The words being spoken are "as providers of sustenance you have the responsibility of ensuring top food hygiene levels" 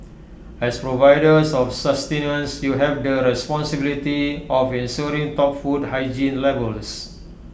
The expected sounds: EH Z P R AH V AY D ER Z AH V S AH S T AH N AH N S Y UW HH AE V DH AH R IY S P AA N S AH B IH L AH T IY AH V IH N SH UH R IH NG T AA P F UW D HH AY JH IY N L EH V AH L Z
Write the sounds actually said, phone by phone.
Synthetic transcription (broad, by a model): EH S P R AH V AY D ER S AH F S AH S T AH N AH N S Y UW HH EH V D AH R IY S P AA N S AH B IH L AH T IY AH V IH N S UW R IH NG T AA P F UW D HH AY JH IY N L EH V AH L S